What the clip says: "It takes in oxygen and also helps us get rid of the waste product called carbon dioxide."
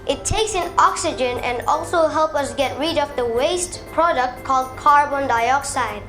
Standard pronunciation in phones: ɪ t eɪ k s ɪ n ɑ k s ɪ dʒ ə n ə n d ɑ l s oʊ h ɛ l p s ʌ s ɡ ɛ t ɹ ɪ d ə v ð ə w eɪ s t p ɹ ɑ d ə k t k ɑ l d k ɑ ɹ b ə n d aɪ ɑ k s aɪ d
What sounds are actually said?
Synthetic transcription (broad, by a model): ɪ t eɪ k s ɪ n ɑ k s ɪ dʒ ə n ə n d ɑ l s oʊ h ɛ l p ʌ s ɡ ɛ t ɹ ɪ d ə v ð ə w eɪ s t p ɹ ɑ d ə k t k ɑ l d k ɑ ɹ b ə n d aɪ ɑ k s aɪ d